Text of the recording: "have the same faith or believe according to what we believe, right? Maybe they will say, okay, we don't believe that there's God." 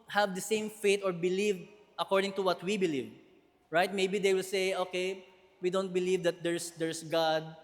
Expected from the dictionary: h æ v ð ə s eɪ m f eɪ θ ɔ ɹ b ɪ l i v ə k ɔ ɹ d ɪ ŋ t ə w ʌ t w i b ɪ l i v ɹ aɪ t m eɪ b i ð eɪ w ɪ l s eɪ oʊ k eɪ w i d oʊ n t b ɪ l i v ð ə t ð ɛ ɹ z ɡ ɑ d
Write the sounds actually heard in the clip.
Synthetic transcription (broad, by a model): h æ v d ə s eɪ m f eɪ t ɔ ɹ b ɪ l i v ə k ɔ ɹ d ɪ ŋ t ə w ʌ t w i b ɪ l i v ɹ aɪ t m eɪ b i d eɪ w ɪ l s eɪ oʊ k eɪ w i d oʊ n t b ɪ l i v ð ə t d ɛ ɹ s ɡ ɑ d